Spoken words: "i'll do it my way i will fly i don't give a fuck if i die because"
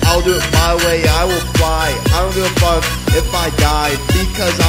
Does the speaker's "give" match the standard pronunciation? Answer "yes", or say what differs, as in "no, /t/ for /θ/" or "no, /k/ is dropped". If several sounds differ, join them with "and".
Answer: no, /v/ is dropped